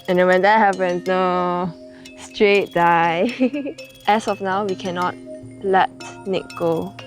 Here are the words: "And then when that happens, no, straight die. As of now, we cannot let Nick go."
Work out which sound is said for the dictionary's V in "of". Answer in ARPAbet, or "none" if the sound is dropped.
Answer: F